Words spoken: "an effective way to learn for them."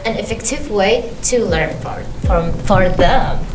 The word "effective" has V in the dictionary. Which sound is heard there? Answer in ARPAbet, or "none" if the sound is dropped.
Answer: V